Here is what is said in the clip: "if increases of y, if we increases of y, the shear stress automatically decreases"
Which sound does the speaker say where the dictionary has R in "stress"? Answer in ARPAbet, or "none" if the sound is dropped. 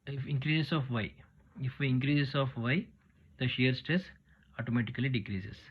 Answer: R